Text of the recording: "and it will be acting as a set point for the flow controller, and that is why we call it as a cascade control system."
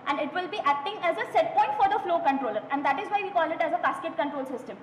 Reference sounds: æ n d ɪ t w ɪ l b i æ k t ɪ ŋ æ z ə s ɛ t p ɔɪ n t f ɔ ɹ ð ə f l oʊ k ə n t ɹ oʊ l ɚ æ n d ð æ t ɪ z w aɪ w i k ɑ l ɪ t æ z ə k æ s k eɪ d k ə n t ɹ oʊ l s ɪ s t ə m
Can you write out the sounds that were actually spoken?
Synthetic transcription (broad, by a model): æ n d ɪ t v ɪ l b i æ k t ɪ ŋ æ z ə s ɛ t p ɔɪ n t f ɔ ɹ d ə f l oʊ k ə n t ɹ oʊ l ɚ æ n d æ t ɪ z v aɪ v i k ɑ l ɪ t æ z ə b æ s k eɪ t k ə n t ɹ oʊ l s ɪ s t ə m